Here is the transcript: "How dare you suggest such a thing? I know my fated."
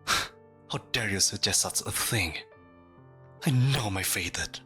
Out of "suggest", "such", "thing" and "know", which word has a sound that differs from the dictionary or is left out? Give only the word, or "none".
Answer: such